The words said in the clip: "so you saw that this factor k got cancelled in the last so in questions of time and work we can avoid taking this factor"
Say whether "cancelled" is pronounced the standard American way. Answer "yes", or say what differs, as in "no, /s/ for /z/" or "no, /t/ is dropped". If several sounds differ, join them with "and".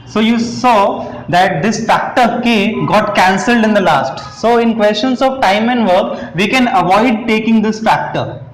yes